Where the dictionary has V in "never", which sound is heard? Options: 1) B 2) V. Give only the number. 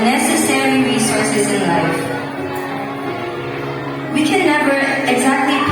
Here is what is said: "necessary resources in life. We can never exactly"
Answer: 1